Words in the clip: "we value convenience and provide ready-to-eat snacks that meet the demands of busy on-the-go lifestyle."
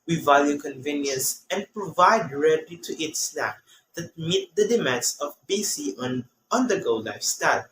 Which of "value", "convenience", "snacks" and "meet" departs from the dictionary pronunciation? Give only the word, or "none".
snacks